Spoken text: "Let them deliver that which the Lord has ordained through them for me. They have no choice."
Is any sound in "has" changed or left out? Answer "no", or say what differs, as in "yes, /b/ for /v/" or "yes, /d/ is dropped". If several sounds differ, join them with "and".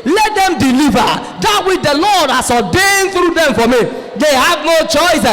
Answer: yes, /s/ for /z/